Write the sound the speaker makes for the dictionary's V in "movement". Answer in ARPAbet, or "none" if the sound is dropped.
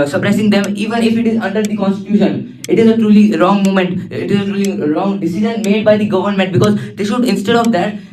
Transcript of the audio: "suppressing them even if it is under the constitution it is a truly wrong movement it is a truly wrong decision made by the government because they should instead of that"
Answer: none